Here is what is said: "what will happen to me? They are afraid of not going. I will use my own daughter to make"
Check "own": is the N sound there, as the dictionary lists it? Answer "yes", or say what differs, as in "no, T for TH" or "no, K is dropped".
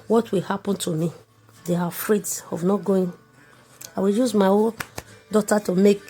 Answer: no, L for N